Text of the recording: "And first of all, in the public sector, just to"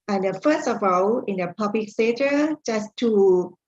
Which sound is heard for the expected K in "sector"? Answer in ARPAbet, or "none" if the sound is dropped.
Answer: none